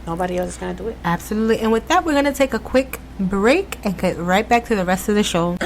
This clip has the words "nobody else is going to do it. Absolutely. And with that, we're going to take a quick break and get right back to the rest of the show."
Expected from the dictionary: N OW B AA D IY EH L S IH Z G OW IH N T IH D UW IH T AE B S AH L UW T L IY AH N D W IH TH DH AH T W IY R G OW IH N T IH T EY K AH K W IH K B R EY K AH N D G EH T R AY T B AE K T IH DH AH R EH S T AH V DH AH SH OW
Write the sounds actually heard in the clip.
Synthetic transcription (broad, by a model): N OW B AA D IY EH L S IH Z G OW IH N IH D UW IH T AE B S AH L UW T L IY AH N W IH DH AH T W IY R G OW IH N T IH T EY K AH K W IH K B R EY K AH N G EH T R AY T B AE K T IH DH AH R EH S T AH V DH AH SH OW